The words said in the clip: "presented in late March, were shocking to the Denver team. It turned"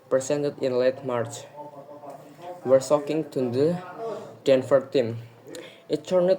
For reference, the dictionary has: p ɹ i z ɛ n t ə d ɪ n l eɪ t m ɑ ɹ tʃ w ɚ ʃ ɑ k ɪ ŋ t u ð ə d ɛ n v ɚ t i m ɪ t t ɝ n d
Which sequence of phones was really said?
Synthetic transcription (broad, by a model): p ɹ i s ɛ n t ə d ɪ n l eɪ t m ɑ ɹ tʃ w ɚ s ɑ k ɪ ŋ t u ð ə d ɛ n f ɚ t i m ɪ t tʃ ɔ n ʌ